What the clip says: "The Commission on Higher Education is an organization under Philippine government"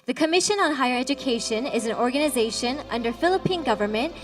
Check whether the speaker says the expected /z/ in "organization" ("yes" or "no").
yes